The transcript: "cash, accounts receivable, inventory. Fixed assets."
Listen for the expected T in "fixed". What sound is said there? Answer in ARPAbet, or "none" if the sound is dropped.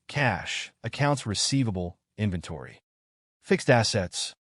T